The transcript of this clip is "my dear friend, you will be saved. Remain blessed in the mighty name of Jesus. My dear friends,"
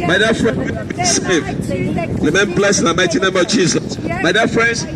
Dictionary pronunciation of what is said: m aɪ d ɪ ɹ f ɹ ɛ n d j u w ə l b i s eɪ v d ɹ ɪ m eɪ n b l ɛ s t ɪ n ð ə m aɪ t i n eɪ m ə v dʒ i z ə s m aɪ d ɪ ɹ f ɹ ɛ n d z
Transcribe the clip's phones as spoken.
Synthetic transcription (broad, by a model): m aɪ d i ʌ f ɹ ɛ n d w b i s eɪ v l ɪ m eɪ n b l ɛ s ɪ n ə m aɪ t i n eɪ m ə v dʒ i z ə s m aɪ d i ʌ f ɹ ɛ n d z